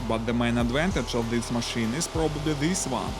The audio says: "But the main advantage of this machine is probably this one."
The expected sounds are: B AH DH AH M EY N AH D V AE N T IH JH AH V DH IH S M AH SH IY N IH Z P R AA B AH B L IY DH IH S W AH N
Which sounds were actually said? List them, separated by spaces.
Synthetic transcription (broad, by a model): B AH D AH M EY N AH D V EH N T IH CH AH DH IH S M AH SH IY N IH S P R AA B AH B IY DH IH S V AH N